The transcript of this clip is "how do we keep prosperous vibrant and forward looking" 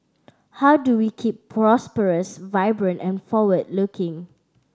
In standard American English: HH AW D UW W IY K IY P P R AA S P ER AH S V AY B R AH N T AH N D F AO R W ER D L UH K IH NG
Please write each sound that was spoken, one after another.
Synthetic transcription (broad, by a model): HH AW D UW W IY K IY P P R AA S P ER AH S V AY B R AH N T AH N F AO W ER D L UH K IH NG